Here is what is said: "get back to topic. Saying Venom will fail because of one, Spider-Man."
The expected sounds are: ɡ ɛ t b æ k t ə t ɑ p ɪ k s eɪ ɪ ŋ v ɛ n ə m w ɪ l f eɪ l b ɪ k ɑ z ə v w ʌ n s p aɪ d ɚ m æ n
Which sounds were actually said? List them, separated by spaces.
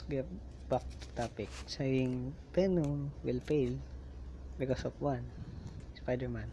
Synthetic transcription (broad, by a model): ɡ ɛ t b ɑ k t t ɑ p ɪ k s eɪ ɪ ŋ p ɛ n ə w ɪ l p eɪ l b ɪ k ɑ s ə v w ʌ n s p aɪ d ɚ m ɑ n